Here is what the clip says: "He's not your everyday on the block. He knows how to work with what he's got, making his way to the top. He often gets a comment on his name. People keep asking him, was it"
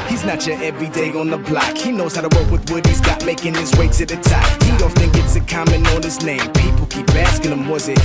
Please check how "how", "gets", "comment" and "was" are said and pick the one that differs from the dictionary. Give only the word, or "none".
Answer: comment